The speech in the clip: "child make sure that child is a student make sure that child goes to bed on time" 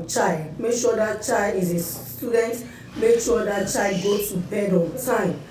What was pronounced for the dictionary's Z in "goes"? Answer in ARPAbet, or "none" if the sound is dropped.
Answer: none